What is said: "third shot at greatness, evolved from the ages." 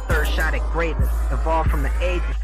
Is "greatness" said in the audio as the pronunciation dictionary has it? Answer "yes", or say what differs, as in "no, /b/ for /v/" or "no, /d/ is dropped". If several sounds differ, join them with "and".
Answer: no, /n/ is dropped